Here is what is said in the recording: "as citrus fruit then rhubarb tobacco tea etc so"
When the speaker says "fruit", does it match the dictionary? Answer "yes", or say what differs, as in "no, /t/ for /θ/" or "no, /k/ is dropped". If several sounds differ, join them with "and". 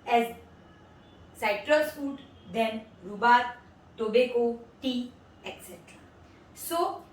no, /ɹ/ is dropped